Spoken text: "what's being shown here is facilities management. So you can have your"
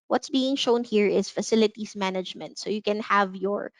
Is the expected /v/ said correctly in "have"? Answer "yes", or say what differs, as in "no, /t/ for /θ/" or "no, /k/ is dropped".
yes